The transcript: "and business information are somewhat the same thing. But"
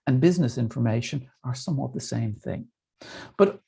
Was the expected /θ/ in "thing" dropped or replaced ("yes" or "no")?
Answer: no